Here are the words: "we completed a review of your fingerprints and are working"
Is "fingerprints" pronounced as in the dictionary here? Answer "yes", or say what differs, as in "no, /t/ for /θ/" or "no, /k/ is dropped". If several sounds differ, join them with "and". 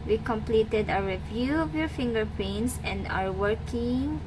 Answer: no, /ɹ/ is dropped